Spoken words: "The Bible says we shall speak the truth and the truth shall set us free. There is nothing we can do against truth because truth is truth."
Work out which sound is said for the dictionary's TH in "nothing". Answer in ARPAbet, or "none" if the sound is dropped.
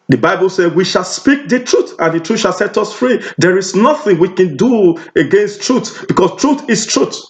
TH